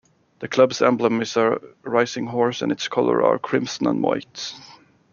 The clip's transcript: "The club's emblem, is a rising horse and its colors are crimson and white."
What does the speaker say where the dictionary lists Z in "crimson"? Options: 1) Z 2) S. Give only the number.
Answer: 2